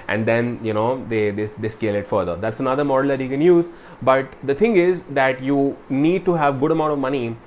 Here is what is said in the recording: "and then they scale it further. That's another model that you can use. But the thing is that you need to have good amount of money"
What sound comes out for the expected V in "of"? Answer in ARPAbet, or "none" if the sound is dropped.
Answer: V